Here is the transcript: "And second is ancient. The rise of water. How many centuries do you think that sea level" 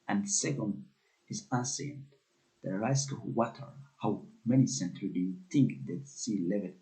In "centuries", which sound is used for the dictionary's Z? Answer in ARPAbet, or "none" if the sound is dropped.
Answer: none